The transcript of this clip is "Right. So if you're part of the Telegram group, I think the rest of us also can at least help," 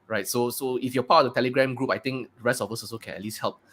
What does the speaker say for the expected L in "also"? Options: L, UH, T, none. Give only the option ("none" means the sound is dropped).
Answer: none